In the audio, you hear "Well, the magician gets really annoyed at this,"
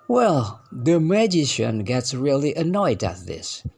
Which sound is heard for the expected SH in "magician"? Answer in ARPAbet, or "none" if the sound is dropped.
SH